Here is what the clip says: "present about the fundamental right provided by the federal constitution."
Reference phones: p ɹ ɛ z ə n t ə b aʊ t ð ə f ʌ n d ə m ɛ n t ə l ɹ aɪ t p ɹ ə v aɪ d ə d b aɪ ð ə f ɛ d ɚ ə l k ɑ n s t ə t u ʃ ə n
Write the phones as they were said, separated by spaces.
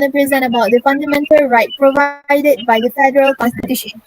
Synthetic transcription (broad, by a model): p ɹ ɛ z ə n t ə b aʊ t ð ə f ʌ n d ə m ɛ n t ə l ɹ aɪ t p ɹ ə v aɪ d ə d b aɪ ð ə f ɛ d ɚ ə l k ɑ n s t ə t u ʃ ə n